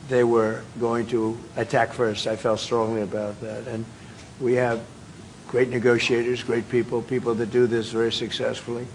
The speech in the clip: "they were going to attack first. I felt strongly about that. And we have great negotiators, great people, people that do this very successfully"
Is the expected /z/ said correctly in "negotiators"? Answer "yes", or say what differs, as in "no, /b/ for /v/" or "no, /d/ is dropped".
yes